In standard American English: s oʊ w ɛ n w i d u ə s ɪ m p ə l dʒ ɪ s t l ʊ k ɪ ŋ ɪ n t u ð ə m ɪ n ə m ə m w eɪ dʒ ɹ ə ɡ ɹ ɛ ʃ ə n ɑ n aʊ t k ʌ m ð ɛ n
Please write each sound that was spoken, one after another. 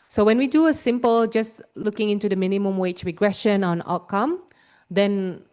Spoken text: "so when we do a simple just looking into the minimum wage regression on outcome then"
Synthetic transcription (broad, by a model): s oʊ w ɛ n w i d u ə s ɪ m p ə l dʒ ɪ s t l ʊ k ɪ ŋ ɪ n t u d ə m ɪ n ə m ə m w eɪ tʃ ɹ ə ɡ ɹ ɛ ʃ ə n ɑ n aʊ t k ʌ m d ɛ n